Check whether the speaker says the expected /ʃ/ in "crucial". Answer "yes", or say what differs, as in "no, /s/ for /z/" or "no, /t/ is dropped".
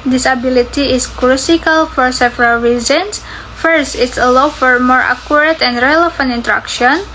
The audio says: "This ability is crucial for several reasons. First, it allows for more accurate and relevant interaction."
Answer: no, /s/ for /ʃ/